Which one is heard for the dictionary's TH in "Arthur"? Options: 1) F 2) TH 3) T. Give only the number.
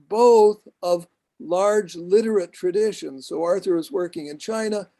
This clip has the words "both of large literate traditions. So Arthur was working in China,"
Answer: 2